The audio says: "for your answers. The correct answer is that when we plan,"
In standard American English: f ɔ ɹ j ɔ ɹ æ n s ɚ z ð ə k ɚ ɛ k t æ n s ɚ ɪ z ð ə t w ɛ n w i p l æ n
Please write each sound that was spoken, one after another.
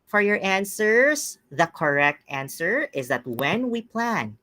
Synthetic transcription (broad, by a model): f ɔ ɹ j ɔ ɹ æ n s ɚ s ð ə k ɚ ɛ k t æ n s ɚ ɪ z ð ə t w ɛ n w i p l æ n